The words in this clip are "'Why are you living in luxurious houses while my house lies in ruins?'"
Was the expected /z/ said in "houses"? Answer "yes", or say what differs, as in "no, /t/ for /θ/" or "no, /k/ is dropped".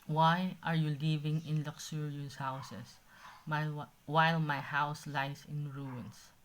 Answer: no, /s/ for /z/